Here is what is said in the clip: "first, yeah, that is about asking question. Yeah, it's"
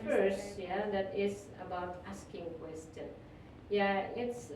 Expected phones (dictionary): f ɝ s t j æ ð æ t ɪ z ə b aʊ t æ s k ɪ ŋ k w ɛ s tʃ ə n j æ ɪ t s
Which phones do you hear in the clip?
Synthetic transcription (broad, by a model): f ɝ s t j æ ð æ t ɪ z ə b aʊ t æ s k ɪ ŋ k w ɛ s tʃ ə n j æ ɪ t s